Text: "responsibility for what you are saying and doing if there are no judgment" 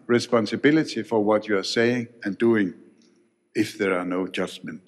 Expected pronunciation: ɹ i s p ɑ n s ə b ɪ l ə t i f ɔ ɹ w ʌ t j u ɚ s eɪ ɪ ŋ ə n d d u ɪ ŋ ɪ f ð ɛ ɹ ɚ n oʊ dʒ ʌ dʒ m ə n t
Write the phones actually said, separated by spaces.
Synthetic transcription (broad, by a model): ɹ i s p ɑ n s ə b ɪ l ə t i f ɔ ɹ w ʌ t j u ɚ s eɪ ɪ ŋ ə n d d u ɪ ŋ ɪ f ð ɛ ɹ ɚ n oʊ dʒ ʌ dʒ m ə n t